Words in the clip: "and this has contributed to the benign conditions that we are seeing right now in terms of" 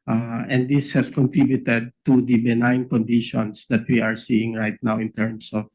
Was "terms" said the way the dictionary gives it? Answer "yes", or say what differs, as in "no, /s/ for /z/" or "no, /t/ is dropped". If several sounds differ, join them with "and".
no, /s/ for /z/